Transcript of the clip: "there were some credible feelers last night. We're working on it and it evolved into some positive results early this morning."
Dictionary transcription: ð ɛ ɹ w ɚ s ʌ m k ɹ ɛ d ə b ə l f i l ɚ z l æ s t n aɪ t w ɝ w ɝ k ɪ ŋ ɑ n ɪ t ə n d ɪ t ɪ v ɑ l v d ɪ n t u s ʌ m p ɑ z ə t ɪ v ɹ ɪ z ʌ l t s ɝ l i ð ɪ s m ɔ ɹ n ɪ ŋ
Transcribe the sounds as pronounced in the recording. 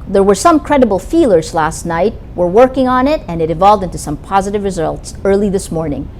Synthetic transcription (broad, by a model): ð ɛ ɹ w ɚ s ʌ m k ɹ ɛ d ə b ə l f i l ɚ z l æ s t n aɪ t w ɝ w ɝ k ɪ ŋ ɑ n ɪ t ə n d ɪ t ɪ v ɑ l v d ɪ n t u s ʌ m p ɑ z ə t ɪ v ɹ ɪ z ʌ l t s ɝ l i ð ɪ s m ɔ ɹ n ɪ ŋ